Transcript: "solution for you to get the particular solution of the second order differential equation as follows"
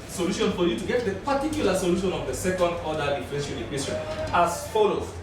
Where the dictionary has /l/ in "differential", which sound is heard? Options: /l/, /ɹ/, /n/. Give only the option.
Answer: /n/